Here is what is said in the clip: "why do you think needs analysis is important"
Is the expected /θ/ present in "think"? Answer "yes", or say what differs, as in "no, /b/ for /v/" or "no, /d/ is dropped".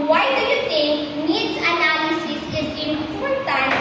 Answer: no, /t/ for /θ/